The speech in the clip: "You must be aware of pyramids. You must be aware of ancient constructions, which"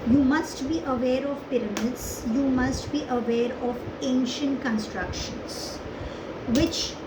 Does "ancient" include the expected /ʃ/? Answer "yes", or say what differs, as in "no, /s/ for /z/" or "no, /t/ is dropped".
yes